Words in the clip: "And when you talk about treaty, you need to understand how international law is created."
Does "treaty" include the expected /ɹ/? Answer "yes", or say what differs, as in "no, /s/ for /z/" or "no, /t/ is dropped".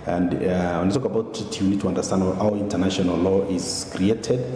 no, /ɹ/ is dropped